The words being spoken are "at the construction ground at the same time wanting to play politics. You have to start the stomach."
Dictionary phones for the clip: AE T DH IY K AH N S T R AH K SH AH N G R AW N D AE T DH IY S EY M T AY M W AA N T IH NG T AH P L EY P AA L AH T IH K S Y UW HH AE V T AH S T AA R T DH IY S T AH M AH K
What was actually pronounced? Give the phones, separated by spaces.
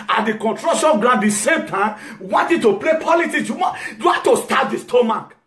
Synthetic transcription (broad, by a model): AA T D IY K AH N T R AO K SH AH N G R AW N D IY S EY M T AY M W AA N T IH T AH P L EY P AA L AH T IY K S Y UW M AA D T AH S T AA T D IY S T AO M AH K